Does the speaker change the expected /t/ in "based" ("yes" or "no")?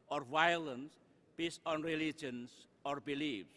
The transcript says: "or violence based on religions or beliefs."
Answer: yes